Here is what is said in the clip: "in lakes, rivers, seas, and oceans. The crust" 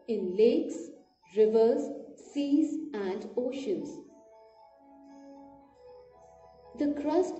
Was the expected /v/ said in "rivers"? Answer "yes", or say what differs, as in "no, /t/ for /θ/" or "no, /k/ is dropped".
yes